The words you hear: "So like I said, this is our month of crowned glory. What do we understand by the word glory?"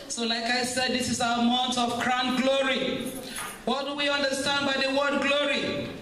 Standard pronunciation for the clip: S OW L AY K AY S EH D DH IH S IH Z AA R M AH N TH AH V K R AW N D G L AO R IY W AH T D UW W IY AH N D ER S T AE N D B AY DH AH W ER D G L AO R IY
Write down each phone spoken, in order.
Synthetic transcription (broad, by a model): S OW L AY K AY S EH D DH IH S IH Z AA M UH N T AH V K R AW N G L AO R IY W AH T D UW W IY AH N D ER S T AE N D B AY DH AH W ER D G L AO R IY